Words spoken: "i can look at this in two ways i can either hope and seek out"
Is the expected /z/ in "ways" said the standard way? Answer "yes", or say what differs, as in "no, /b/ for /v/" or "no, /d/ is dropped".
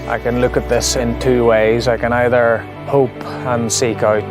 yes